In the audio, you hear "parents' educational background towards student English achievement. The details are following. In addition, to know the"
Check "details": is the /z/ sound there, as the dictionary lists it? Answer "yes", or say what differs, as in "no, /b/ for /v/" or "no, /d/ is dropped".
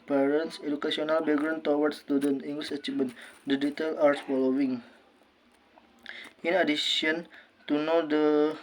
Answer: no, /z/ is dropped